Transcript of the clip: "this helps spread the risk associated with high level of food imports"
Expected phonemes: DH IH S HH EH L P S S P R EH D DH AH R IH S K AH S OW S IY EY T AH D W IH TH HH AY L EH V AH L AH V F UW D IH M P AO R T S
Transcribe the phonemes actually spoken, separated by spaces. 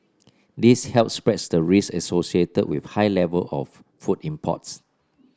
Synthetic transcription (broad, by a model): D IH S HH EH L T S S P R EH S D AH R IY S AH S OW S IY EY T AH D W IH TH HH AY L EH V AH L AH F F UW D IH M P AO T S